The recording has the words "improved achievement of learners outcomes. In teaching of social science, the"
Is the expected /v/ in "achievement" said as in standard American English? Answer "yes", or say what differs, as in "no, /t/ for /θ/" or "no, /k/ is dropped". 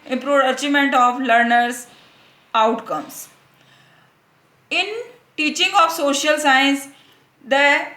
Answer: no, /v/ is dropped